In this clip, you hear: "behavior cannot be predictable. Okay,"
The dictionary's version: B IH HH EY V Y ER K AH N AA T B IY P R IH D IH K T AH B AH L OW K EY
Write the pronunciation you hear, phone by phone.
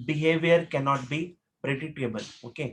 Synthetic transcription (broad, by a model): B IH HH EY V Y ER K AH N AA T B IY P R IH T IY T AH B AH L OW K EY